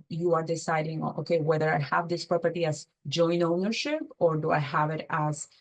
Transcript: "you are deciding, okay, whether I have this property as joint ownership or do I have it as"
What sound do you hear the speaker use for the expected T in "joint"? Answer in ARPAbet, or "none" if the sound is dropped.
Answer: none